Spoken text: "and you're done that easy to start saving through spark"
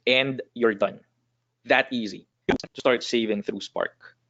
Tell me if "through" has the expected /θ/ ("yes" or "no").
yes